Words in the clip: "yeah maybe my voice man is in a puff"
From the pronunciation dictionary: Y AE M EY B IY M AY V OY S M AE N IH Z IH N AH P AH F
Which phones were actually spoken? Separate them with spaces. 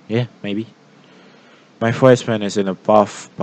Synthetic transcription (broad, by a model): Y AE M EY B IY M AY F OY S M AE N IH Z IH N AH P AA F